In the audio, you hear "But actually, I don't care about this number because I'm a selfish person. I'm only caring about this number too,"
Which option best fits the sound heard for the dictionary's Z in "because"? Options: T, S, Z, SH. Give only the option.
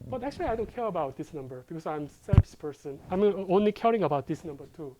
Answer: S